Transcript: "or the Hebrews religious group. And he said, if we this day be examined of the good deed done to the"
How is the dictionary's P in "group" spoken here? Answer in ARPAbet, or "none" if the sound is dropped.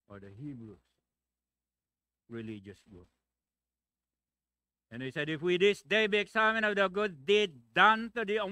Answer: none